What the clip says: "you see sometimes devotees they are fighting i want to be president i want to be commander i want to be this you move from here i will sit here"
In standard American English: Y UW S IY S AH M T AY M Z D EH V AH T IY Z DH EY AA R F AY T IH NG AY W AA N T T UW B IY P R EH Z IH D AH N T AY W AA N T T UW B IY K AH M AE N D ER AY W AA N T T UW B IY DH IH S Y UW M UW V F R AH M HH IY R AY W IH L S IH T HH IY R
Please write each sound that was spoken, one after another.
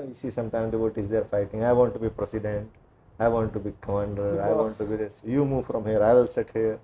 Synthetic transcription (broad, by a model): Y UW S IY S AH M T AY M D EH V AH T IY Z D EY R F AY T IH NG AY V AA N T T UW B IY P R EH S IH D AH N T AY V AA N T T UW B IY K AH M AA N D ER AY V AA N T T UW B IY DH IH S Y UW M UW V F R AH M HH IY R AY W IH L S IH T HH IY R